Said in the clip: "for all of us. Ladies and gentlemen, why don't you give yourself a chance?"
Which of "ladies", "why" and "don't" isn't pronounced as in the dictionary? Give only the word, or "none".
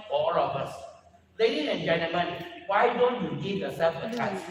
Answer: ladies